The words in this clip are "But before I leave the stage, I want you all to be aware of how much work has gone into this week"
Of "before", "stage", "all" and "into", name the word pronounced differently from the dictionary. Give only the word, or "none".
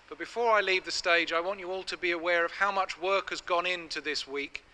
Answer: none